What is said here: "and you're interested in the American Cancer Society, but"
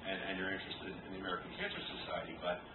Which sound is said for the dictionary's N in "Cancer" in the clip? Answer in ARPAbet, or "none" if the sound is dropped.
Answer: N